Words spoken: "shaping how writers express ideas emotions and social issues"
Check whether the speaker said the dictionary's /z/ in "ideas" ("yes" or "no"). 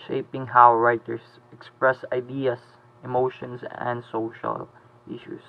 no